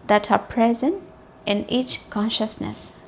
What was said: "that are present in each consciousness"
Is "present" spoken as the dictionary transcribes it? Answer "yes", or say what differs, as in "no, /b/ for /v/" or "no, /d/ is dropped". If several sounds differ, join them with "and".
yes